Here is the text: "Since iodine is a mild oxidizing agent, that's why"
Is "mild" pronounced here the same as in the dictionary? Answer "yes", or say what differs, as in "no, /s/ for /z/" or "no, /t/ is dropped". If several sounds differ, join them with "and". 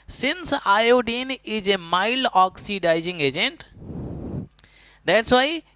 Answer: no, /d/ is dropped